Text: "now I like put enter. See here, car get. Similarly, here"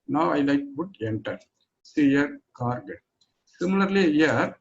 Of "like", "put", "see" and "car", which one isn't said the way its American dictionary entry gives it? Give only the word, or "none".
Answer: put